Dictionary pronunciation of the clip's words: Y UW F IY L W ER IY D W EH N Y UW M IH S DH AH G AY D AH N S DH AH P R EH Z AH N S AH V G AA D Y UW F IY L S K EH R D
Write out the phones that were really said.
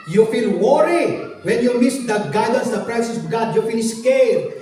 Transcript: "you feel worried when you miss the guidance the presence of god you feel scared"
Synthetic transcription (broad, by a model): Y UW F IY L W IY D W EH N Y UW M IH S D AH G AY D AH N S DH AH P R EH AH S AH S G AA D Y UW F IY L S K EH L